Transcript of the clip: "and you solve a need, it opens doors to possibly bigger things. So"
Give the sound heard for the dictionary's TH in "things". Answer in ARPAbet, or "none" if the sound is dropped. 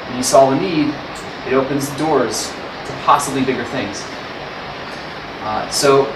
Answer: TH